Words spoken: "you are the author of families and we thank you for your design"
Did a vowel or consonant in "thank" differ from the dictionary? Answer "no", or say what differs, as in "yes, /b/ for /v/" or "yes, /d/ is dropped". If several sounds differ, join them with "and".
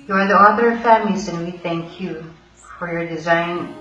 no